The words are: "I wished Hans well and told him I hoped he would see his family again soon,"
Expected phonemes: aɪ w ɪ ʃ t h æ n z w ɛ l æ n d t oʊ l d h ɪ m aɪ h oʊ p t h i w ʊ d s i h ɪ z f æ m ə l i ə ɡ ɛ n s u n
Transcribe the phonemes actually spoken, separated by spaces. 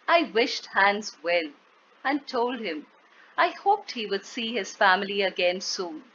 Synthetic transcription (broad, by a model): aɪ w ɪ ʃ t h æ n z w ɛ l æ n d t oʊ l d h ɪ m aɪ h oʊ p t h i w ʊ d s i h ɪ z f æ m ə l i ə ɡ ɛ n s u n